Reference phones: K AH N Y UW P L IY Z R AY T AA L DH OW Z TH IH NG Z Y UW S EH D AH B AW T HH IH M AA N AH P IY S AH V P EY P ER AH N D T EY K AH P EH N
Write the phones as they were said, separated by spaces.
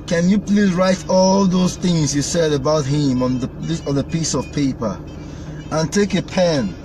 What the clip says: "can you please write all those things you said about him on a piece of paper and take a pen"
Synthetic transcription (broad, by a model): K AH N Y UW P L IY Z R AY T AA L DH OW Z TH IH NG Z Y UW S EH D AH B AW T HH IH M AA N AH P IY S AH V P EY P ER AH N T EY K AH P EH N